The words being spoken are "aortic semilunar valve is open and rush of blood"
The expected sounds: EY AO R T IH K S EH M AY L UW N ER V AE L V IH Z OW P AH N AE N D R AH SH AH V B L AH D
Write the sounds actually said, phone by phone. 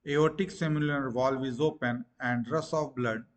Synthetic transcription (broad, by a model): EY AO T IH K S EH M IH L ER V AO L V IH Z OW P AH N AE N D R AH S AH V B L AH D